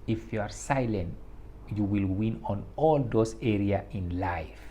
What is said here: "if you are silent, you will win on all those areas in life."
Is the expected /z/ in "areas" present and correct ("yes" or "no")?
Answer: no